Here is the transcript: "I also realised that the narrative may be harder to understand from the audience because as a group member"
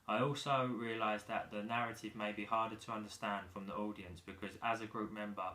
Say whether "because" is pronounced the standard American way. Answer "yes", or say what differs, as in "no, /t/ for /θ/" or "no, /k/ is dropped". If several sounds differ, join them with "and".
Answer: yes